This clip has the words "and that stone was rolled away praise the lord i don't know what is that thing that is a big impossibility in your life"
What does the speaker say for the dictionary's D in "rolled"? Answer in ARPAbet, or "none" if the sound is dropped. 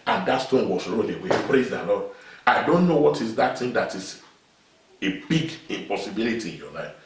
none